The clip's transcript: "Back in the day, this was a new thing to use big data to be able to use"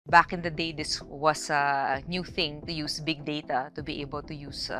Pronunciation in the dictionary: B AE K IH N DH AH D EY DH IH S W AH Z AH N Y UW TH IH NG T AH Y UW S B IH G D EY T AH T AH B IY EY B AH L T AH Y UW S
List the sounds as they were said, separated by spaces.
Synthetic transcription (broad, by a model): B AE K IH N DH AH D EY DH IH S W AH S AH N Y UW TH IH NG T AH Y UW S B IH G D EY T AH T AH B IY EY B AH L T AH Y UW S